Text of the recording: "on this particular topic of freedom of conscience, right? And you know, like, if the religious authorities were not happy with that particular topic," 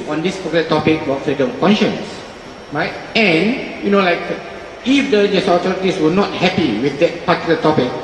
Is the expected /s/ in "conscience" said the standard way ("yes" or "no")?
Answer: yes